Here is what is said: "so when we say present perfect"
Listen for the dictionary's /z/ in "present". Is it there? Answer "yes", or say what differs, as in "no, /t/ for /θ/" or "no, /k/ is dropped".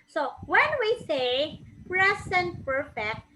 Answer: no, /s/ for /z/